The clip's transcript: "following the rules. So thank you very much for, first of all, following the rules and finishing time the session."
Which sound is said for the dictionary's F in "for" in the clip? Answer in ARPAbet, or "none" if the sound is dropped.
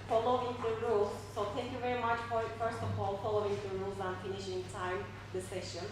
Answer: P